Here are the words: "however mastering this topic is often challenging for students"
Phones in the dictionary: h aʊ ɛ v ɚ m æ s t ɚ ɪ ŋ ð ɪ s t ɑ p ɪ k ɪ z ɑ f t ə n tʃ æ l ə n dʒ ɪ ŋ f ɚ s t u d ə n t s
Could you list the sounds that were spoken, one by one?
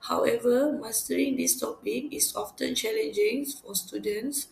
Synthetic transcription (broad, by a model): h aʊ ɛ v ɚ m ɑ s t ɚ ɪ ŋ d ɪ s t ɑ p ɪ k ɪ s ɑ f t ə n tʃ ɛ l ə n dʒ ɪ ŋ f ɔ s t u d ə n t s